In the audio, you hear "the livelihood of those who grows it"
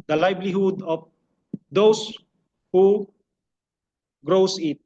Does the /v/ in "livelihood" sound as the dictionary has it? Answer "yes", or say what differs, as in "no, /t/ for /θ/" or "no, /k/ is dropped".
no, /b/ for /v/